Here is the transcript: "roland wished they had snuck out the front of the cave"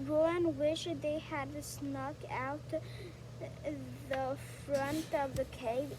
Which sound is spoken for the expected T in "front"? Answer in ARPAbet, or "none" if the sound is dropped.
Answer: T